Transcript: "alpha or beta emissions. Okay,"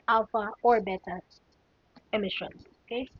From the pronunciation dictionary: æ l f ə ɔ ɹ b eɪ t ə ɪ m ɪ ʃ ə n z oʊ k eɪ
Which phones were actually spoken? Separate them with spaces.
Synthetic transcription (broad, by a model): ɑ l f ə ɔ ɹ b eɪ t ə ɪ m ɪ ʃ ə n oʊ k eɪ